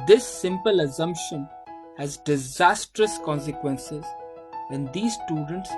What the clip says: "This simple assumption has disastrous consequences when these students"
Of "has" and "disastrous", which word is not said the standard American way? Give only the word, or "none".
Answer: none